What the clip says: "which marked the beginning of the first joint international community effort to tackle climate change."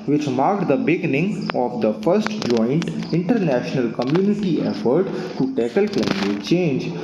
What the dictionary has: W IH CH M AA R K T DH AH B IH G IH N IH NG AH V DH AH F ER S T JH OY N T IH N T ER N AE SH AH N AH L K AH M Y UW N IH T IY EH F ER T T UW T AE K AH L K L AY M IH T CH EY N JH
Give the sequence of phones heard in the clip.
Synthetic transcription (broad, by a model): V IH CH M AA R K T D AH B IH G IH N IH NG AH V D AH F ER S T JH OY N T IH N T ER N AE SH AH N AH L K AH M Y UW N IH T IY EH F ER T T UW T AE K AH L K L AY M IH T CH EY N JH